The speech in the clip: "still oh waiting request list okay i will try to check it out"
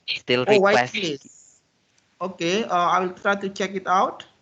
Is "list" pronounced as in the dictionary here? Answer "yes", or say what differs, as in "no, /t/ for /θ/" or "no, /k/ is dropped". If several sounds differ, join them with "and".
no, /t/ is dropped